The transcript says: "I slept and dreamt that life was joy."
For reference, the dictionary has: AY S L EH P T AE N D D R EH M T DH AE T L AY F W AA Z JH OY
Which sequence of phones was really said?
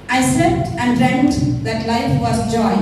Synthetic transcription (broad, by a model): AY S EH T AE N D D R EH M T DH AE T L AY F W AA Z JH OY